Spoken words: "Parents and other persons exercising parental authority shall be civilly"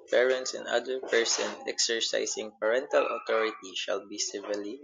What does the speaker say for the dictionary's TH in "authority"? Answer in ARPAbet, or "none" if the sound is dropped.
T